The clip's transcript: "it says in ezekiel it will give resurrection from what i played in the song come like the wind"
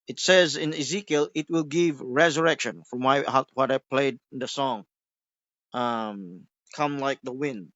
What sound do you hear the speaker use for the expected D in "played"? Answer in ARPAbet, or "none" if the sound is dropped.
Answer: none